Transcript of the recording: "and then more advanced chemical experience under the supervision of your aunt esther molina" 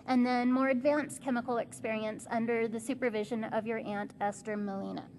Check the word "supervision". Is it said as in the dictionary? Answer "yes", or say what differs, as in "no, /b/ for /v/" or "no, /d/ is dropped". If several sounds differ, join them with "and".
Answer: yes